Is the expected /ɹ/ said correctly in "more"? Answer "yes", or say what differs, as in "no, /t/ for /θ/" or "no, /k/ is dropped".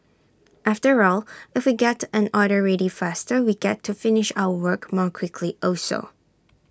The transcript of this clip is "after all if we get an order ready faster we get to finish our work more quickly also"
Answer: yes